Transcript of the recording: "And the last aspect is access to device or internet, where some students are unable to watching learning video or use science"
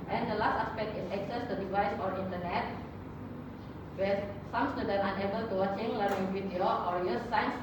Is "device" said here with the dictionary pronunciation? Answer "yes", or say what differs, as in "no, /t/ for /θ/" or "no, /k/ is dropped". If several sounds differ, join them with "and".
yes